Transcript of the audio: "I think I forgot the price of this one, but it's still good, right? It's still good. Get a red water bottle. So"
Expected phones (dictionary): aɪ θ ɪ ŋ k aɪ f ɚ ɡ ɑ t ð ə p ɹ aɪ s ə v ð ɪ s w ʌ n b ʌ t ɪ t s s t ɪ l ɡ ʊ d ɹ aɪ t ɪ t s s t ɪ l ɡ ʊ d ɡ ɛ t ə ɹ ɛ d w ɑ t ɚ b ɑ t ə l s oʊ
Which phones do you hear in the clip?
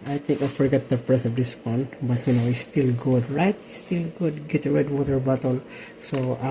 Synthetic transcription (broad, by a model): aɪ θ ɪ ŋ k aɪ f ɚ ɡ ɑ t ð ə p ɹ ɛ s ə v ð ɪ s w ʌ n b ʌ t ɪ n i s t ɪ l ɡ ʊ d ɹ aɪ t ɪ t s s t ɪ l ɡ ʊ d ɡ ɛ t ə ɹ ɛ d w ɑ t ɚ b ɑ t ə l s oʊ